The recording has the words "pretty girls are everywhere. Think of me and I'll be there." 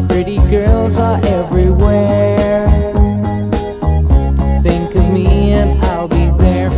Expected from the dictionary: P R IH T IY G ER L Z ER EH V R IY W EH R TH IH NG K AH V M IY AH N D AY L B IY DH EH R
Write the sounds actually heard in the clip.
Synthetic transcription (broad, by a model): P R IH T IY G ER L Z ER EH V R IY W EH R TH IH NG K AH V M IY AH N AY L B IY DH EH R